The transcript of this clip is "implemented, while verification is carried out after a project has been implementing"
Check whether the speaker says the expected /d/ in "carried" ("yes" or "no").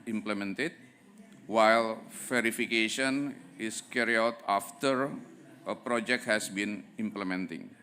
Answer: no